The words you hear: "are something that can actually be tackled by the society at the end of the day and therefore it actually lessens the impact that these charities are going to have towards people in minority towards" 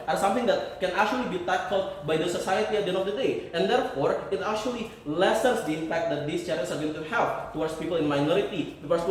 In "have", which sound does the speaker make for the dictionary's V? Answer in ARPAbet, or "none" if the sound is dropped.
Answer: F